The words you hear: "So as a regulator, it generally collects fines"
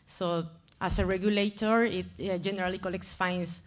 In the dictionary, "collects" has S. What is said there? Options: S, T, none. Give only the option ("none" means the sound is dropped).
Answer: S